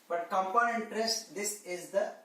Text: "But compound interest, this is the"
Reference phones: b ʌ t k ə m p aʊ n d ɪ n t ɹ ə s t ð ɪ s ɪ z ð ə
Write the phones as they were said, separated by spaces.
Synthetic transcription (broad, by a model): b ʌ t k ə m p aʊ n ɪ n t ɹ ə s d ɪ s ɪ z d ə